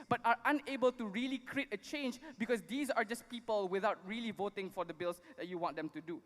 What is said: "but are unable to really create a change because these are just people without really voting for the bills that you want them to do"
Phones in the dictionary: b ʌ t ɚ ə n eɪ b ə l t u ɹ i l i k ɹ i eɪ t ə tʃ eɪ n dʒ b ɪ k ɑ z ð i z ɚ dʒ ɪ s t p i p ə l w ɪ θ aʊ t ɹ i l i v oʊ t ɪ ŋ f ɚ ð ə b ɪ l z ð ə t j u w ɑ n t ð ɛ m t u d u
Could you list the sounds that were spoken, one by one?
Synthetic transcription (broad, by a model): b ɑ t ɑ ə n eɪ b ə l t u ɹ i l i k ɹ i eɪ t ə tʃ eɪ n dʒ b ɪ k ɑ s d i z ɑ dʒ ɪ s p i p ə l w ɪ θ aʊ t ɹ i l i v oʊ t ɪ ŋ f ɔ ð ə b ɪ l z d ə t j u w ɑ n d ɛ m t u d u